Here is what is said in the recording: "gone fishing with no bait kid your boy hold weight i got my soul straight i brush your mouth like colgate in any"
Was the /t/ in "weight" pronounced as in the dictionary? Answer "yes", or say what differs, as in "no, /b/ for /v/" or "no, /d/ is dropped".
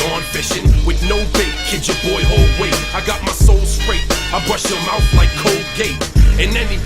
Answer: no, /t/ is dropped